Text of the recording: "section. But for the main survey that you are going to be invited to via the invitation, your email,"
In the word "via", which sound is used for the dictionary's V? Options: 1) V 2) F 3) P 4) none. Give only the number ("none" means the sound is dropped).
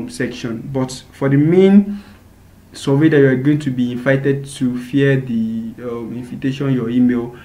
2